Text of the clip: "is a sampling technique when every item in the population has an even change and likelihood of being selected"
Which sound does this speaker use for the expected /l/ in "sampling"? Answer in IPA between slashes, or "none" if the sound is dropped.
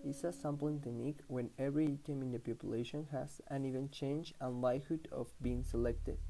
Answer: none